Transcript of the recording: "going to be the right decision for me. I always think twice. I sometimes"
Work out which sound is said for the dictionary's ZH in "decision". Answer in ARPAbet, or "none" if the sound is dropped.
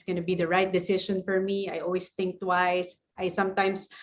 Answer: SH